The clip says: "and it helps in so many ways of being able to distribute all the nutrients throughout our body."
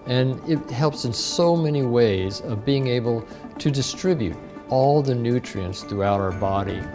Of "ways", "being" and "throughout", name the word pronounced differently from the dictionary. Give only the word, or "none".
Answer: none